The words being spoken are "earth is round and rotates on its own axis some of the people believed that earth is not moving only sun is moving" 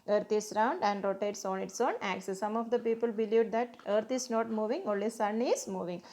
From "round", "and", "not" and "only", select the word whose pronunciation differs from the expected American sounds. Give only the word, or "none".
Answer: only